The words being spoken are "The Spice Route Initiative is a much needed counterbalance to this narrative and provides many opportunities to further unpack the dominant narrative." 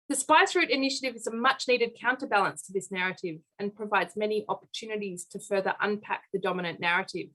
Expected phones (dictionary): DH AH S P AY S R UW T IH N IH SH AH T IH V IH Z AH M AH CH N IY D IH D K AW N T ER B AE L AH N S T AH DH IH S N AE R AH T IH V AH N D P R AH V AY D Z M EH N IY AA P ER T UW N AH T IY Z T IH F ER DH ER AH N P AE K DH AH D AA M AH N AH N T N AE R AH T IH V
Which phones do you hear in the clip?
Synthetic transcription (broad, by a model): DH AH S P AY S R UW T IH N IH SH AH T IH V IH Z AH M AH CH N IY D IH D K AW N T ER B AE L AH N S T AH DH IH S N AE R AH T IH V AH N P R AH V AY D Z M EH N IY AA P ER T UW N AH T IY Z T IH F ER DH ER AH N P AE K DH AH D AA M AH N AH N N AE R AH T IH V